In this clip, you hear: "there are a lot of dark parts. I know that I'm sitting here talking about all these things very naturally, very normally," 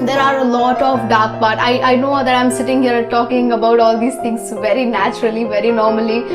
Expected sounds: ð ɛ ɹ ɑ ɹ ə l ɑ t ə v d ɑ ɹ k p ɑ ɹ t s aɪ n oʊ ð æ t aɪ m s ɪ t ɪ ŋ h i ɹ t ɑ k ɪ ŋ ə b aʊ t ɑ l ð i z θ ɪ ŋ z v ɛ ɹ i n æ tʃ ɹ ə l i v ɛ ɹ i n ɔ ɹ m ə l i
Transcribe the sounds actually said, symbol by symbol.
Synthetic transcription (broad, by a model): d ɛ ɹ ɑ ɹ ə l ɑ t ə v d ɑ ɹ k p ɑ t t aɪ n oʊ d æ t aɪ m s ɪ t ɪ ŋ h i ɹ t ɑ k ɪ ŋ ə b aʊ t ɑ l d i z t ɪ ŋ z v ɛ ɹ i n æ tʃ ɹ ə l i v ɛ ɹ i n ɔ ɹ m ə l i